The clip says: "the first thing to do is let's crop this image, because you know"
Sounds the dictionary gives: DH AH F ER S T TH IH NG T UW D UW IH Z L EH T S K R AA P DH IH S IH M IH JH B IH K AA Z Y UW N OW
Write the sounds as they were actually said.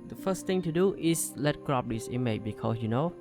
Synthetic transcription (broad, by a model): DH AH F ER S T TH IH NG T UW D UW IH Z L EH T K R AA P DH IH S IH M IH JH B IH K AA S Y UW N OW